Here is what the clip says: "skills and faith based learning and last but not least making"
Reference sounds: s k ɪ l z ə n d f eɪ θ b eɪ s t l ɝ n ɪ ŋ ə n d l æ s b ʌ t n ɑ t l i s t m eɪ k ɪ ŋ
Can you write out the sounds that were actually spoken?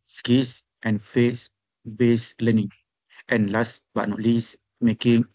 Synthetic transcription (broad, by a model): s k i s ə n f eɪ s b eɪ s l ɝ n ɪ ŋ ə n l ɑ s b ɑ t n ɑ t l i s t m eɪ k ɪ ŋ